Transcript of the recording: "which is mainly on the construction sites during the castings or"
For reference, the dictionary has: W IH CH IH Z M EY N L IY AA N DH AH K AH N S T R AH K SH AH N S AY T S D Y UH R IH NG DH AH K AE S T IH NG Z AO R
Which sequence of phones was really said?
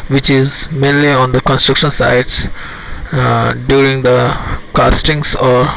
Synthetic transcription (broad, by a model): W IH CH IH Z M EY N L IY AA N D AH K AH N S T R AH K SH AH N S AY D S D Y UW R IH NG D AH K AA S T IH NG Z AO R